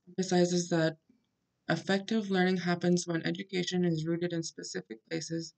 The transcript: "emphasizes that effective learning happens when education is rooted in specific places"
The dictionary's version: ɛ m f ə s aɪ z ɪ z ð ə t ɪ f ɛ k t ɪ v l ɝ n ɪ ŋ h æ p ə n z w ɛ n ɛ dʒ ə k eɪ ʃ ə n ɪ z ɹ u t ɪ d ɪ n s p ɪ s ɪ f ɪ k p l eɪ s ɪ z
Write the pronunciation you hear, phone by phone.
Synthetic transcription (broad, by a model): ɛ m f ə s aɪ z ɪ z ð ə t ɪ f ɛ k t ɪ v l ɝ n ɪ ŋ h æ p ə n z w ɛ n ɛ dʒ ə k eɪ ʃ ə n ɪ z ɹ u t ɪ d ɪ n s p ɪ s ɪ f ɪ k p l eɪ s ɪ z